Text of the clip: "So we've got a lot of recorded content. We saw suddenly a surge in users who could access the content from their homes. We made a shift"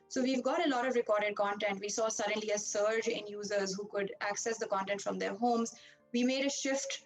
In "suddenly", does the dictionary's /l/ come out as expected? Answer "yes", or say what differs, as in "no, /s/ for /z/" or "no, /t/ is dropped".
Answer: yes